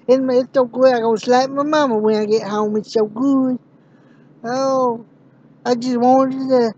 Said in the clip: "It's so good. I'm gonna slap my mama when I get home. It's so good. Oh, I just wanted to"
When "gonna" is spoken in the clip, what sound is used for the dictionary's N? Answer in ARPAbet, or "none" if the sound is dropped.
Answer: none